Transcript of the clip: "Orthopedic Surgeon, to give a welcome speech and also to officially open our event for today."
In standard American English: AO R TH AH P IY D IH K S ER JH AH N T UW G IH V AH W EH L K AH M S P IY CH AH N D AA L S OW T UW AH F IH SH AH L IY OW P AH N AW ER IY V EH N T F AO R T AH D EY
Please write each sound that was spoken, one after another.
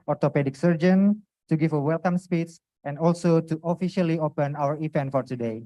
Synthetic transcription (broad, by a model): AO R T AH P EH D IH K S ER JH AH N T UW G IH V AH W EH L K AH M S P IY S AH N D AA L S OW T UW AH F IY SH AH L IY OW P AH N AW ER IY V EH N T F AO R T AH D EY